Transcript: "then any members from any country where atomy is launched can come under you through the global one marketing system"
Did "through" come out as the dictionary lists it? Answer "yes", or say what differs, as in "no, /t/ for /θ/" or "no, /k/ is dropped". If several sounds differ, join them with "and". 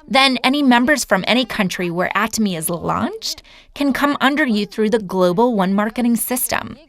yes